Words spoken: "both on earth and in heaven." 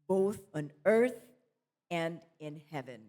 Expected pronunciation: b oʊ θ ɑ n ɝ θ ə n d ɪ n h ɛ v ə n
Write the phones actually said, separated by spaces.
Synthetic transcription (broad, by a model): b oʊ θ n ɝ θ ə n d ɪ n h ɛ v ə n